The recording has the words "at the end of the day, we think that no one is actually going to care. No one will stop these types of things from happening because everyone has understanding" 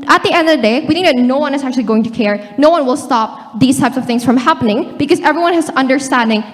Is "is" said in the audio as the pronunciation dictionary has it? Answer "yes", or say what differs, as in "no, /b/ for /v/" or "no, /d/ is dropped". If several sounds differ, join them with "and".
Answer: yes